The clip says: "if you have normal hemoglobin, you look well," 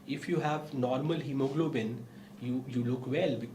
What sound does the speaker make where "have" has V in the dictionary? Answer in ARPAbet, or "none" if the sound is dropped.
V